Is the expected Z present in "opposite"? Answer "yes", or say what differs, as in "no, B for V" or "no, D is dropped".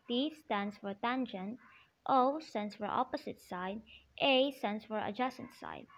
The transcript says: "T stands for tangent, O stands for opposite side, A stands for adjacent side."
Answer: no, S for Z